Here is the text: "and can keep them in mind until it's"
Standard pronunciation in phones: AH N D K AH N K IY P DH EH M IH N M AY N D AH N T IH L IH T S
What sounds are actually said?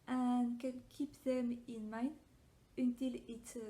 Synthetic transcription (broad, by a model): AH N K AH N K IY P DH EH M IH N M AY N AH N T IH L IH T